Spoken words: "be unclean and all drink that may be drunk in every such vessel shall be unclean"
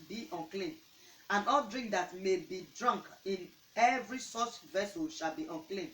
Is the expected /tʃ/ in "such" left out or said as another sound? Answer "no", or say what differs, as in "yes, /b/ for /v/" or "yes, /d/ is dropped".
yes, /s/ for /tʃ/